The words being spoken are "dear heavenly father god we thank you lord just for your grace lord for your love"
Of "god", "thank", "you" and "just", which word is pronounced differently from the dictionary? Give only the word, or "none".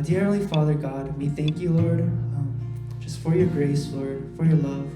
none